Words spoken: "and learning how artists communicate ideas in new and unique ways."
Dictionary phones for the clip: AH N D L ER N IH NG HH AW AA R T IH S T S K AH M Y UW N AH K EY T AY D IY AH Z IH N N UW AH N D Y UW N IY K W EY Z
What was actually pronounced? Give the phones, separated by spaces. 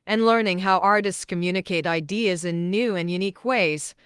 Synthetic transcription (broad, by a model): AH N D L ER N IH NG HH AW AA R T IH S T S K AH M Y UW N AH K EY T AY D IY AH Z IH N N UW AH N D Y UW N IY K W EY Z